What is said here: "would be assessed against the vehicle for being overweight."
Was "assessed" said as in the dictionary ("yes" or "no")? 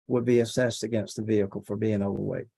yes